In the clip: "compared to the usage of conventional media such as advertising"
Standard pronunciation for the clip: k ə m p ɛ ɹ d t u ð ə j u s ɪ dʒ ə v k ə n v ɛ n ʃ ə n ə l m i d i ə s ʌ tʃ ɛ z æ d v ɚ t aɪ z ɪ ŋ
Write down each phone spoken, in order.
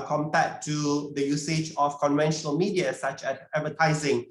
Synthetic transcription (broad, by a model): k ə m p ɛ t u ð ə j u s ɪ dʒ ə f k ə n v ɛ n ʃ ə n ə l m i d i ə s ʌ tʃ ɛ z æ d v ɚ t aɪ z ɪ ŋ